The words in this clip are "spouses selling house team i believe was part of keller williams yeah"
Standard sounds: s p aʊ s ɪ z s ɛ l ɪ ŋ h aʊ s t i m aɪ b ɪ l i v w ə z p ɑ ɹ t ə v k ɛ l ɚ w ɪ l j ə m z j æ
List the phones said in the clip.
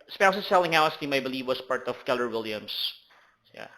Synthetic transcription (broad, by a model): s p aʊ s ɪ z s ɛ l ɪ ŋ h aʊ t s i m aɪ b ɪ l i v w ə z p ɑ ɹ t ə v k ɛ l ɚ w ɪ l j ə m s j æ